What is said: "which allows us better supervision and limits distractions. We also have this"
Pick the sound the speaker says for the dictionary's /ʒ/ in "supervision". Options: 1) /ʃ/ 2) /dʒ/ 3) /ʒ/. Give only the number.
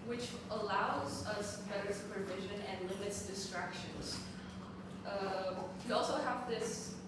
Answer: 3